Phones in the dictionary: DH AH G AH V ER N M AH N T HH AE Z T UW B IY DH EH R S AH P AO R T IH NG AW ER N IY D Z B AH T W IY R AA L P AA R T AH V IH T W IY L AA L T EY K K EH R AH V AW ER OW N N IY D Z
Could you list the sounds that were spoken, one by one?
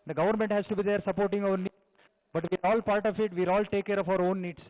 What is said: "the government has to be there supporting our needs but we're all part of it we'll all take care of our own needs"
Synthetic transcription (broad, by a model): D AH G AH V ER N M AH N T HH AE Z T UW B IY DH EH R S AH P AO R T IH NG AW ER N IY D B AH T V IY R AA L P AA R T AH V IH T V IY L AA L T EY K K EH R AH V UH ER OW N N IY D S